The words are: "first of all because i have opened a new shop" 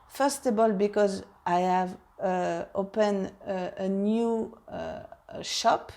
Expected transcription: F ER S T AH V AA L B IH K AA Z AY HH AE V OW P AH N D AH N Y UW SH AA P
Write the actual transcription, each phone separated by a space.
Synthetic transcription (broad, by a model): F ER S T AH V AA L B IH K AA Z AY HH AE V OW P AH N AH N Y UW SH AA P